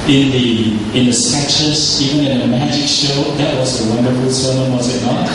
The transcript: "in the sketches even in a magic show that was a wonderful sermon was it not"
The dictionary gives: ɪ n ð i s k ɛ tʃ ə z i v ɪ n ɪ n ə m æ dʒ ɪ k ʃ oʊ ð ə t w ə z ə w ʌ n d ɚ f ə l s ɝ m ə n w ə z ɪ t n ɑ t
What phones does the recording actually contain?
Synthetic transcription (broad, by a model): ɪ n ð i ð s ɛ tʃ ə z i v ɪ n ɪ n ə m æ dʒ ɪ k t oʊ ð ə t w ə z ə w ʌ n d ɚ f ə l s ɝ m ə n w ə z ɪ t n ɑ t